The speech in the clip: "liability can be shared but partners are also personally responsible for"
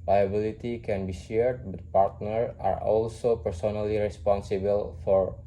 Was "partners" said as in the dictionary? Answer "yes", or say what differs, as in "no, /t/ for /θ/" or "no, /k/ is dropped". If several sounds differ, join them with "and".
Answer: no, /z/ is dropped